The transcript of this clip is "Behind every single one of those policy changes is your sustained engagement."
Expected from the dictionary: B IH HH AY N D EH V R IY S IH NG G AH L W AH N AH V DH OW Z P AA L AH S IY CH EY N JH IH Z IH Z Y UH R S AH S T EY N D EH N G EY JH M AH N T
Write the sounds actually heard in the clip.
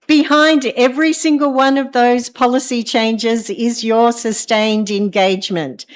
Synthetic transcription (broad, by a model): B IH HH AY N D EH V R IY S IH NG G AH L W AH N AH V DH OW Z P AA L AH S IY CH EY N JH IH Z IH Z Y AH R S AH S T EY N D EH N G EY JH M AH N T